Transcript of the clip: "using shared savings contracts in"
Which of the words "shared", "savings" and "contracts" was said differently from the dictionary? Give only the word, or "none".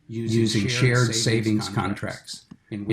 none